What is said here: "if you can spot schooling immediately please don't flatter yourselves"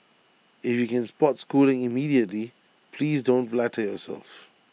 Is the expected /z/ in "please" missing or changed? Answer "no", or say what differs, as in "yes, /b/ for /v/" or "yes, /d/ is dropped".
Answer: no